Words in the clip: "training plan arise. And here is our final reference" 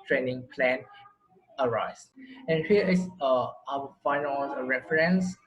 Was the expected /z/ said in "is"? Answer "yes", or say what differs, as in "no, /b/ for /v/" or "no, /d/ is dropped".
no, /s/ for /z/